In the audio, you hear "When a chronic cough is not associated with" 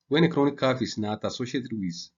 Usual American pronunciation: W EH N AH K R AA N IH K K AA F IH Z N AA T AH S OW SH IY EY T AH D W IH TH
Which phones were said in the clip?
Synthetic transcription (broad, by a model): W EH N AH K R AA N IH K K AA F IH S N AA T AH S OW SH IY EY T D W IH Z